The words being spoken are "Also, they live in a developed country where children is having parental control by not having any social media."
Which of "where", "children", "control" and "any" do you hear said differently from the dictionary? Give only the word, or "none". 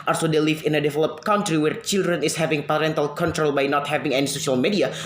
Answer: none